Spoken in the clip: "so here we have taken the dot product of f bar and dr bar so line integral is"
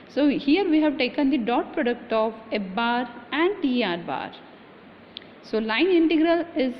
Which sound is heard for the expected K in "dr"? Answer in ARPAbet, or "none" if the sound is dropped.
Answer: none